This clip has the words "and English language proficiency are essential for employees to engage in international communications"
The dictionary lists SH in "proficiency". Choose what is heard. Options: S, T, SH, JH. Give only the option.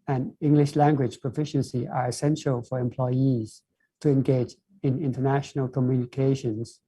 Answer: SH